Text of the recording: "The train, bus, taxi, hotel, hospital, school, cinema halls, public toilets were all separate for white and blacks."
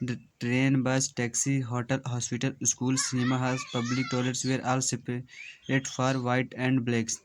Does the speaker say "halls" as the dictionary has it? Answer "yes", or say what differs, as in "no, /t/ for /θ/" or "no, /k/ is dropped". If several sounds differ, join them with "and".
no, /l/ is dropped